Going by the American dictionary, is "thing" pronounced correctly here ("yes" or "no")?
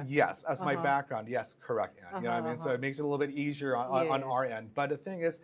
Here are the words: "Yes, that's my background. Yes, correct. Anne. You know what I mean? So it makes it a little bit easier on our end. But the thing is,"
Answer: yes